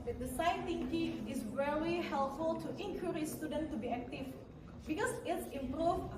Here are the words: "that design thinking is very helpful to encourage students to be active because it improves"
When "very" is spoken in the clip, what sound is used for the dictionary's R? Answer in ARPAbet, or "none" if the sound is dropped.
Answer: L